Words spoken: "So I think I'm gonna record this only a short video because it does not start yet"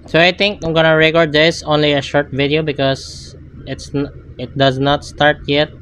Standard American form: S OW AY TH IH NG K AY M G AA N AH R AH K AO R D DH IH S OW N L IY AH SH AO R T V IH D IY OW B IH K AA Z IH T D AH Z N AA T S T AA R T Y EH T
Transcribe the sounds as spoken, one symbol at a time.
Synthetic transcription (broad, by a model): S OW AY T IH NG K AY M G AA N AH R AH K AO R D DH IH S OW N L IY AH SH AO R T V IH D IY OW B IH K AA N IH T D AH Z N AA T S T AA R T Y EH T